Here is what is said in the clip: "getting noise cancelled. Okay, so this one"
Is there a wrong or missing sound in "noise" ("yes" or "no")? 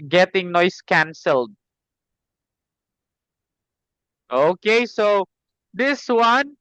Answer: yes